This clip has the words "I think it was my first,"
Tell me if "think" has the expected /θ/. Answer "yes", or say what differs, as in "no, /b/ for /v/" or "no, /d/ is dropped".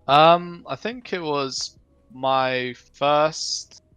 yes